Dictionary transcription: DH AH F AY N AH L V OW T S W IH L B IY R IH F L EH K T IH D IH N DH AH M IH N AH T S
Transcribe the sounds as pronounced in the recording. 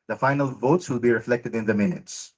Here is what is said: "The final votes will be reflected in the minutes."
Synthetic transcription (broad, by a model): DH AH F AY N AH L V OW T S W IH L B IY R IH F L EH K T IH D IH N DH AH M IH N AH T S